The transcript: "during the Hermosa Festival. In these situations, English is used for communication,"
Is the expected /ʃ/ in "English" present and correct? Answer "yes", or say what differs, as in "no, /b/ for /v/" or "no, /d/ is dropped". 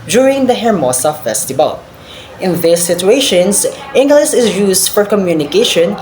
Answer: no, /s/ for /ʃ/